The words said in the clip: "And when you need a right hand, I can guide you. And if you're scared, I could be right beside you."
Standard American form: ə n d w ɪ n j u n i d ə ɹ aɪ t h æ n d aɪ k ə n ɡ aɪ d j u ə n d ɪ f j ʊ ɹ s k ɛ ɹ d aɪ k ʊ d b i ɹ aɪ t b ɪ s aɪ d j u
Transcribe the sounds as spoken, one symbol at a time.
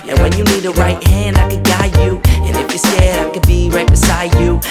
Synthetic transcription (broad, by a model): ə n w ɪ n j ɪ n i d ə ɹ aɪ t h æ n d aɪ k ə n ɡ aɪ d j u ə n ɪ f j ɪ s ɛ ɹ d aɪ k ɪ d b i ɹ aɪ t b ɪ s aɪ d j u